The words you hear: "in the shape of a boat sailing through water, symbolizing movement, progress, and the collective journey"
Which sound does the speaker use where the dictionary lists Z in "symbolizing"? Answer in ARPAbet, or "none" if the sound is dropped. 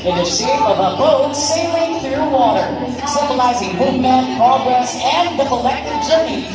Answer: Z